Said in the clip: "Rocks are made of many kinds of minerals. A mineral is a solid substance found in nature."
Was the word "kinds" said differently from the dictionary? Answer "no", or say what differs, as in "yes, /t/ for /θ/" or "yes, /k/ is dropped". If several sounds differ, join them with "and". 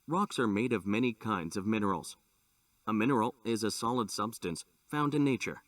no